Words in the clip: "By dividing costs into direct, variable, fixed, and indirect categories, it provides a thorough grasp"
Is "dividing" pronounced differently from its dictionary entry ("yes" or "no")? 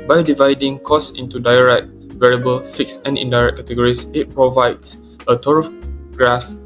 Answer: no